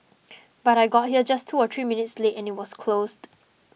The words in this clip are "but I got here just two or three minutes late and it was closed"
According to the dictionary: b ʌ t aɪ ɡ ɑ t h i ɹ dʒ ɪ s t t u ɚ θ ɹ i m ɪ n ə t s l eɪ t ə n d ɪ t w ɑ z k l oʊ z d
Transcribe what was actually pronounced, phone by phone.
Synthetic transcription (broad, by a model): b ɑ t aɪ ɡ ɑ t h i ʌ dʒ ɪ s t t u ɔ t ɹ i m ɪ n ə t s l eɪ t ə n ɪ t w ɑ s k l oʊ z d